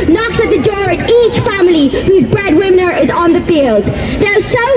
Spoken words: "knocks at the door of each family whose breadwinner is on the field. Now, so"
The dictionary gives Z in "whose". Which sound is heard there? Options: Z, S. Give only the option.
Z